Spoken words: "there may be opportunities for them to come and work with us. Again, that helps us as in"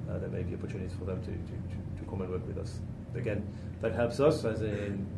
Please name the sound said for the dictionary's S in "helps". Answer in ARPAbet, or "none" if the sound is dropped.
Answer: S